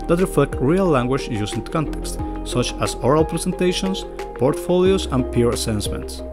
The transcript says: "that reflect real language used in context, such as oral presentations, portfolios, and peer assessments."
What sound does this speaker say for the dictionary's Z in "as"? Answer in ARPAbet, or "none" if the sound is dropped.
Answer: S